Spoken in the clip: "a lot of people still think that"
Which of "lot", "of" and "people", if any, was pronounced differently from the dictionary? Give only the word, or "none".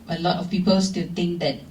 of